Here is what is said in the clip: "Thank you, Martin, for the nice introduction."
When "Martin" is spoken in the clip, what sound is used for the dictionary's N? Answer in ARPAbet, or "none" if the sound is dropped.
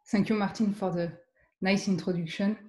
N